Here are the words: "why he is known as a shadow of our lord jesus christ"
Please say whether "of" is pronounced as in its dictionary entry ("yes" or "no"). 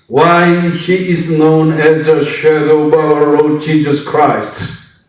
no